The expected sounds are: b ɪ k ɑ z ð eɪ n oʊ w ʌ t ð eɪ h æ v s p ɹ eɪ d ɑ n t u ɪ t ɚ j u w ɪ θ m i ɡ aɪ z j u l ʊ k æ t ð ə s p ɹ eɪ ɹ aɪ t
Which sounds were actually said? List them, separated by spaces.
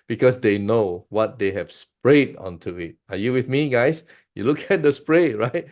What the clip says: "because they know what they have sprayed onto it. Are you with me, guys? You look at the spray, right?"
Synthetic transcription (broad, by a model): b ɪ k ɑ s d eɪ n oʊ w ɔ t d eɪ h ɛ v s p ɹ eɪ d ɑ n t u ɪ t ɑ j u w ɪ θ m i ɡ aɪ s j u l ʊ k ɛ t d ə s p ɹ eɪ ɹ aɪ t